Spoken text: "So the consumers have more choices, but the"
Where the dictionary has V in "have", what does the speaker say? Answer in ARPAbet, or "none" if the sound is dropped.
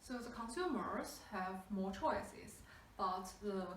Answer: V